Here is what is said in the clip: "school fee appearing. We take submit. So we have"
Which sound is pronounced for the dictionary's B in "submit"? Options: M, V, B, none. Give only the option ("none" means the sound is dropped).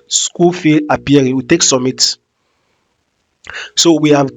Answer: none